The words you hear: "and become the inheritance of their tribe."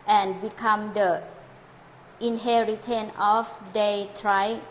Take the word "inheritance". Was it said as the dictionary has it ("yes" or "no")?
no